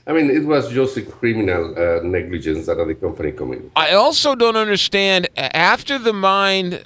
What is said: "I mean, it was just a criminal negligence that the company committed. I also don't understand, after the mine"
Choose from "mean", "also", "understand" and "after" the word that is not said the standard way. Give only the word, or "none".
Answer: none